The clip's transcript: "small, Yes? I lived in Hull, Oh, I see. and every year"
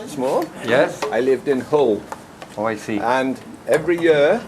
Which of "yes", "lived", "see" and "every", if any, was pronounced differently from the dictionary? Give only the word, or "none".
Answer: none